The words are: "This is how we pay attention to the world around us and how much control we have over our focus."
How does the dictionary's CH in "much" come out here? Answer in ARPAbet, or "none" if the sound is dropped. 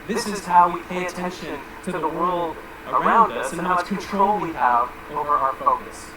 S